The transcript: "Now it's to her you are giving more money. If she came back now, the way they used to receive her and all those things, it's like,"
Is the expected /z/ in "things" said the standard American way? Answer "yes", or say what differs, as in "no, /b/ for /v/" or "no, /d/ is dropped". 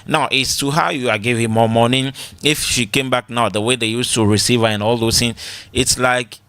no, /z/ is dropped